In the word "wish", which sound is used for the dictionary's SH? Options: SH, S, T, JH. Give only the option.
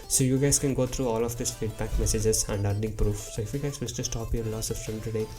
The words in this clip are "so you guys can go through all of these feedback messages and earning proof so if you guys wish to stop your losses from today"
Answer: S